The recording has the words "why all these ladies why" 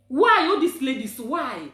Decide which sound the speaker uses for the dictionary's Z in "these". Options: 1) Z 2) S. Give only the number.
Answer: 2